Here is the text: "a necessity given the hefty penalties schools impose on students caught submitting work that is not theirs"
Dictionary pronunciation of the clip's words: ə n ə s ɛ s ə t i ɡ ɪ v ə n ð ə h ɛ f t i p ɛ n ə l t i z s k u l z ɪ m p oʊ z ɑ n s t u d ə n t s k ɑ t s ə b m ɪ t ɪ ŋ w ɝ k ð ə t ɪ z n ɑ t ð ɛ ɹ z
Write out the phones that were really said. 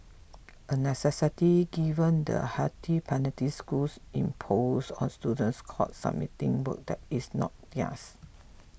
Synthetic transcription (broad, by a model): ə n ə s ɛ s ə t i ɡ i v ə n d ə h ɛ t i p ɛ n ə t i s k u l s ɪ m p oʊ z ɑ n s t u d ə n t s k ɑ t s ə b m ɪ t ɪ ŋ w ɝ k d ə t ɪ s n ɑ t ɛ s